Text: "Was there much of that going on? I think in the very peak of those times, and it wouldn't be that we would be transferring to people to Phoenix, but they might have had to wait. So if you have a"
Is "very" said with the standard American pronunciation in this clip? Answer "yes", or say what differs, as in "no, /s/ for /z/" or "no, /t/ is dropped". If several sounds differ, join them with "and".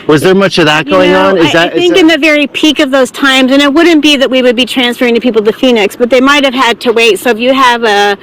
yes